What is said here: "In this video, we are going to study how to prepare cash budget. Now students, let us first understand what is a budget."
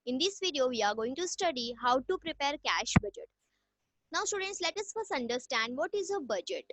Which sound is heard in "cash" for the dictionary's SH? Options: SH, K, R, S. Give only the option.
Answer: SH